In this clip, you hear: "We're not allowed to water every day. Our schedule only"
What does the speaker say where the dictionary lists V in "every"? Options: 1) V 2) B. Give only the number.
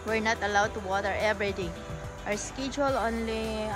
2